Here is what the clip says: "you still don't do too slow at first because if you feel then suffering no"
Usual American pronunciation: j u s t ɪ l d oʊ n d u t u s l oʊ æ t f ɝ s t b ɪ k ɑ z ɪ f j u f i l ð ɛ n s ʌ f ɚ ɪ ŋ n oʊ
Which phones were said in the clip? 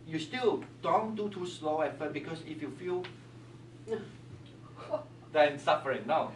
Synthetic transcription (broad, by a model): j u s t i l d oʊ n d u t u s l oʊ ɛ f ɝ t b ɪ k ɑ s ɪ f j u f i l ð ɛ n s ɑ f ɚ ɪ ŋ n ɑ